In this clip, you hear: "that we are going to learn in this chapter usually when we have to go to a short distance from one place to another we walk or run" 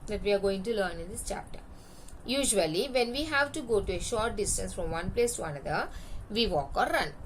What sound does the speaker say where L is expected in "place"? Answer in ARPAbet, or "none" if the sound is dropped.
L